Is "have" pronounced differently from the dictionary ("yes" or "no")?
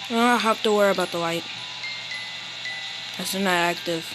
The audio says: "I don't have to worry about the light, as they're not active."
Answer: yes